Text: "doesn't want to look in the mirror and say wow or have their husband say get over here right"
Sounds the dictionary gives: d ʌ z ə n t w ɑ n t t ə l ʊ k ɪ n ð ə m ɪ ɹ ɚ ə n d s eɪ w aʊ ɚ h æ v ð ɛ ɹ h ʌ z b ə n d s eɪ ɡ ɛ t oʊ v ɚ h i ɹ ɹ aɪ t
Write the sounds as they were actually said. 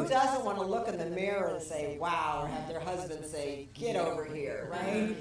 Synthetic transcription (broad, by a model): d ʌ z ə n t w ɑ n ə l ʊ k ɪ n ð ə m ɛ ɹ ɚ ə n s eɪ w aʊ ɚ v ð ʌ ɹ h ʌ z b ə n d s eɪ ɡ ɛ t oʊ v ɚ h i ɹ ɹ aɪ t